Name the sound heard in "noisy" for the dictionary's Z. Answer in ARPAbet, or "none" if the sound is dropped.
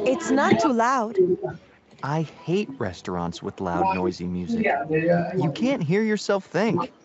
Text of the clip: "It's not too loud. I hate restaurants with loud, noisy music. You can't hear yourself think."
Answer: Z